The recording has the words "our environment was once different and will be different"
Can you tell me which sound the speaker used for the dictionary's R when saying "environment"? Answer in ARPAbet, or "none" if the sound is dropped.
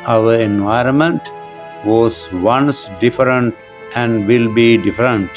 R